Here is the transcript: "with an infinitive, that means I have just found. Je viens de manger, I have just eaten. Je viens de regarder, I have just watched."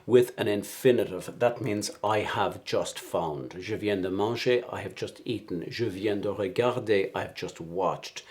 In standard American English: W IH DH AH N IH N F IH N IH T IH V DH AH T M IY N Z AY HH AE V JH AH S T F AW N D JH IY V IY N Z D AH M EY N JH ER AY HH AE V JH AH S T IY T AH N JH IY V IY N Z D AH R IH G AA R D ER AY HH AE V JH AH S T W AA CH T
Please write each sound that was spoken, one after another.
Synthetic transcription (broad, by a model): W IH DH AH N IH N F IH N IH T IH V DH AH T M IY N Z AY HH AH V JH AH S T F AW N D ZH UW V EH N D AH M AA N SH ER AY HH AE V JH AH S T IY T N ZH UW V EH N D AH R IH G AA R D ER AY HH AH V JH AH S T W AA CH T